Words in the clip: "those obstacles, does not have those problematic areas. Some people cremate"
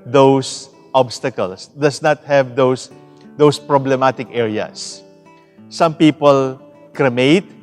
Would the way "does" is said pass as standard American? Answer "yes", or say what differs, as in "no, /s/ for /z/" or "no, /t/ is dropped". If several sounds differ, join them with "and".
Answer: no, /s/ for /z/